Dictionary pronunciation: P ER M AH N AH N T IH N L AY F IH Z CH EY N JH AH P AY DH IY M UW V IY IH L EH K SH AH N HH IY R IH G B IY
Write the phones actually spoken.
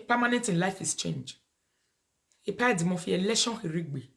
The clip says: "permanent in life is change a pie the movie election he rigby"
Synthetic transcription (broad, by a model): P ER M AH N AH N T IH N L AY F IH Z CH EY N JH AH P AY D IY M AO F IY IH L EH SH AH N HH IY R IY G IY